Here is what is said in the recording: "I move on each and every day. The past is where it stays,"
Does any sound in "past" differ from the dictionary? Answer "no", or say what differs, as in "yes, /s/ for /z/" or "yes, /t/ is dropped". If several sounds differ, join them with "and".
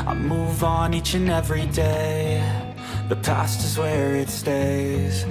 no